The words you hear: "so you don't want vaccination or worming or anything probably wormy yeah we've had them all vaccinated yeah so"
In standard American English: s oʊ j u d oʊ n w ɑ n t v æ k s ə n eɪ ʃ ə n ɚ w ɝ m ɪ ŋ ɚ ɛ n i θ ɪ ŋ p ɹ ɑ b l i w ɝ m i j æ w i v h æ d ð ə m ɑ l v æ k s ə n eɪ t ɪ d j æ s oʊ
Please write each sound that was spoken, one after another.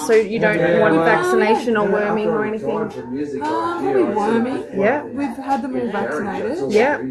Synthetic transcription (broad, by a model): s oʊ j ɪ d oʊ n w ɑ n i v æ k s ə n eɪ ʃ ə n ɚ w ɝ m ɪ ŋ ɚ ɛ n i θ ɪ ŋ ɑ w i w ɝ m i j æ w i v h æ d ð ə m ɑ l v æ k s ə n eɪ t ɪ d j æ